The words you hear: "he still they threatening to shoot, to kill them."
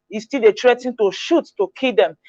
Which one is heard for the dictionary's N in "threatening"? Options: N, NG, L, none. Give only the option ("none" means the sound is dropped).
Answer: none